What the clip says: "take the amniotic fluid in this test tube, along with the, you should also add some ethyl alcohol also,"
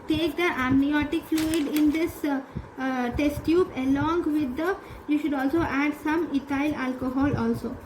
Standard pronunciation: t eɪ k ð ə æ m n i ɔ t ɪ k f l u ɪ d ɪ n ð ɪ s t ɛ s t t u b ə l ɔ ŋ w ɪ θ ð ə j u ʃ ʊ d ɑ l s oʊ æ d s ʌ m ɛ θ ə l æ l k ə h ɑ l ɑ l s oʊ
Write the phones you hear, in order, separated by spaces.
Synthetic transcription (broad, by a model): t eɪ k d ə æ m n i ɔ t ɪ k f l u ɪ d ɪ n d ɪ s t ɛ s t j u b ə l ɔ ŋ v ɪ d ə j u ʃ ʊ d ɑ l s oʊ æ d s ʌ m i t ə l æ l k ə h ɑ l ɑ l s oʊ